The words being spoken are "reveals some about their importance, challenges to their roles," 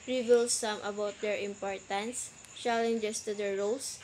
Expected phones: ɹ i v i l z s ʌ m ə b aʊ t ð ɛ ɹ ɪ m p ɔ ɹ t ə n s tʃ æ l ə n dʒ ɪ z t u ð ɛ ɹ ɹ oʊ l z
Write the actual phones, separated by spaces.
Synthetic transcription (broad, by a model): ɹ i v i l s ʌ m ə b aʊ t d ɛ ɹ ɪ m p ɔ ɹ t ə n s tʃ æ l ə n dʒ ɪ s t u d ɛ ɹ ɹ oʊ l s